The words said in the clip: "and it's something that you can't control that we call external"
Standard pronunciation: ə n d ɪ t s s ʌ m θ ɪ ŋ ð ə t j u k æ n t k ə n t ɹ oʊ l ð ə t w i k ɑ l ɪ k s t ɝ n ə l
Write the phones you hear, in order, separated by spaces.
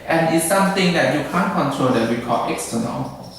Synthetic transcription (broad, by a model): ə n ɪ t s s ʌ m t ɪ ŋ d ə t j u k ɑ n k ə n t ɹ oʊ l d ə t w i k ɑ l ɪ k s t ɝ n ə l